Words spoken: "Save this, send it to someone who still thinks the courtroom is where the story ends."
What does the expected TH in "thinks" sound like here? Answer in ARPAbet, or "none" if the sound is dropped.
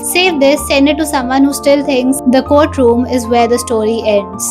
T